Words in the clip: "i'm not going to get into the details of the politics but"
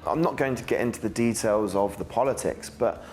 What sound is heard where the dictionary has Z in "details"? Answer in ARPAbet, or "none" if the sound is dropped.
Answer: Z